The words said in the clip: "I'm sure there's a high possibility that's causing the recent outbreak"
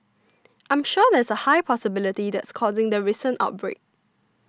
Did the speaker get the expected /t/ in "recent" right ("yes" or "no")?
yes